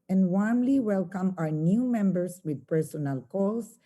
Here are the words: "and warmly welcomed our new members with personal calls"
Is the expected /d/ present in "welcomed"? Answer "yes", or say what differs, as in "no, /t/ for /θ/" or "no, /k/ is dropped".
no, /d/ is dropped